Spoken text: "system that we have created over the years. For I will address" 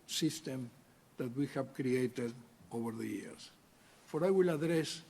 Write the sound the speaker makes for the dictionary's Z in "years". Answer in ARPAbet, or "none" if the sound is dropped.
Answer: S